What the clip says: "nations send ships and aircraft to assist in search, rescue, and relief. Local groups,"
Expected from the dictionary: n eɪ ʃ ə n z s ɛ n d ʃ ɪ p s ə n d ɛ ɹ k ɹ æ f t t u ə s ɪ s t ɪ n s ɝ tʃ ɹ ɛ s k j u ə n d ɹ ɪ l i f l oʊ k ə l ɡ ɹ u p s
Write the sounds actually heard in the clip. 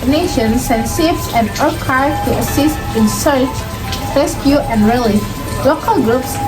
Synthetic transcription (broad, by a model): n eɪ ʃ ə n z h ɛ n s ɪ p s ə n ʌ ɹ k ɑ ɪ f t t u ə s ɪ s t ɪ n s ɝ tʃ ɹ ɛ s k j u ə n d ɹ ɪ l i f l oʊ k ə l ɡ ɹ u p s